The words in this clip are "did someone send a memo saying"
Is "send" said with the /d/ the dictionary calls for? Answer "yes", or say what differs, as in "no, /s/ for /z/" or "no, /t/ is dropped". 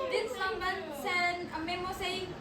no, /d/ is dropped